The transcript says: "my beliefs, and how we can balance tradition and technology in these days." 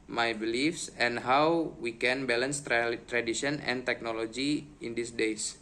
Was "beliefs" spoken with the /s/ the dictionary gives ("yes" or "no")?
yes